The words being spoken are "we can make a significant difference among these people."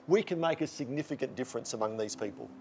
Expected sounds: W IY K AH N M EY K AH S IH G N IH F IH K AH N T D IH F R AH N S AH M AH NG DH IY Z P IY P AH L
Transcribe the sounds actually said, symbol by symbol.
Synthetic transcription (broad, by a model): W IY K AH N M EY K AH S IH G N IH F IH K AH N D IH F R AH N S AH M AH NG DH IY Z P IY P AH L